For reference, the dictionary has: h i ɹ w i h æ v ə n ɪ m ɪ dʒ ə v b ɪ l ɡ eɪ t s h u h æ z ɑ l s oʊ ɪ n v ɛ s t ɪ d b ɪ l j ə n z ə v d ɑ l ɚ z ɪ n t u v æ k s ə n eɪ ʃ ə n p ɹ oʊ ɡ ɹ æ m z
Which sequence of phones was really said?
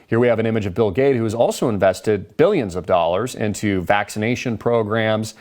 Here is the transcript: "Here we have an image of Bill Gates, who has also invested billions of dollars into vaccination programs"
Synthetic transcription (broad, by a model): h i ɹ w i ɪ v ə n ɪ m ɪ dʒ ə v b ɪ l ɡ eɪ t h u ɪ z ɑ l s oʊ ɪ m v ɛ s t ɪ d b ɪ l j ə n z ə v d ɑ l ɚ z ɪ n t u v æ k s ə n eɪ ʃ ə n p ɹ oʊ ɡ ɹ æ m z